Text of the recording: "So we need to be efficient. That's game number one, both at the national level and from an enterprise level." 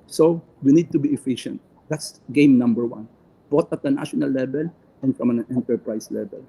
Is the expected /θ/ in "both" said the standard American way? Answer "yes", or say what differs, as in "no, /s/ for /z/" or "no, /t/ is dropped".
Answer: no, /t/ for /θ/